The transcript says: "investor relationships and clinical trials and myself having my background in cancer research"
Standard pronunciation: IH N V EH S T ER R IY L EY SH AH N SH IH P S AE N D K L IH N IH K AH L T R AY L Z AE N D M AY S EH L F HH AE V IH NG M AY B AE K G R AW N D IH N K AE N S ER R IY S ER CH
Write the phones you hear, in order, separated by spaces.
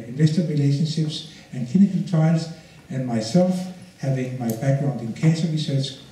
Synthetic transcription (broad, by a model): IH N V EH S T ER R IY L EY SH AH N SH IH P S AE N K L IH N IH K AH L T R AY L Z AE N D M AY S EH L F HH AE V IH NG M AY B AE K G R AW N D IH N K AE N S ER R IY S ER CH